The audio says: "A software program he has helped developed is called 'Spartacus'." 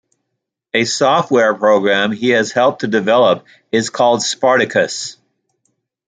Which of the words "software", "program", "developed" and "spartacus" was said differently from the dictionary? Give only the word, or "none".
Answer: developed